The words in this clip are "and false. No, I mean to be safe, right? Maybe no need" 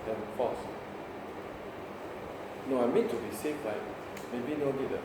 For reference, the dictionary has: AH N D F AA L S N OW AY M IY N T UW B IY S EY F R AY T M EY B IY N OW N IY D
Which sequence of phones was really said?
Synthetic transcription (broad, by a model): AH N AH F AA S N OW AY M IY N T UW B IY S EY F L AY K M EY B IY N OW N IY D